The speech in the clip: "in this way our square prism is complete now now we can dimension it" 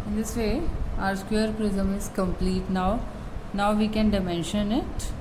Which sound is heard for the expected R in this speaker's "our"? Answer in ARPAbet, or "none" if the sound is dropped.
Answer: R